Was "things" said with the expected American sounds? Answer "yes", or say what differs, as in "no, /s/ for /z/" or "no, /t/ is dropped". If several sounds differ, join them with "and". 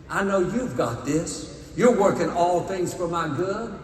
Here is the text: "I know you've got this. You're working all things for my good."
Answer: yes